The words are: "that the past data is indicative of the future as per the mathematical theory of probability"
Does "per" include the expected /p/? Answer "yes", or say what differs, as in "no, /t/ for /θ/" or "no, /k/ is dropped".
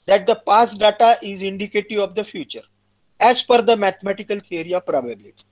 no, /f/ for /p/